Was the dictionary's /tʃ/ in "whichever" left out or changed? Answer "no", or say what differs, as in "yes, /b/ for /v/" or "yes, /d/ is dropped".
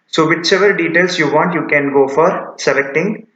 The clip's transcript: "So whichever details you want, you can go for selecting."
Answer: yes, /s/ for /tʃ/